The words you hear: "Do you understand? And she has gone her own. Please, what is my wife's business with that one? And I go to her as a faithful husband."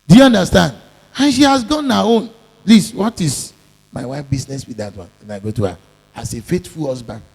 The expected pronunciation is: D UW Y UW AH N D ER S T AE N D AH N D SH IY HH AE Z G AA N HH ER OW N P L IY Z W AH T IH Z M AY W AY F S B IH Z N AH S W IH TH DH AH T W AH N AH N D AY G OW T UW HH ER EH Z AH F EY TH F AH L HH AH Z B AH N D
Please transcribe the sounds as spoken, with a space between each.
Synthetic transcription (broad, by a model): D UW Y UW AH N D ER S T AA N D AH N SH IY HH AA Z G AA N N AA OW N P L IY S W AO T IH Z M AY W AY F B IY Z N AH S W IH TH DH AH T W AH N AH N AY G OW T UW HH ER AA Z AH F EY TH F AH L HH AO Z B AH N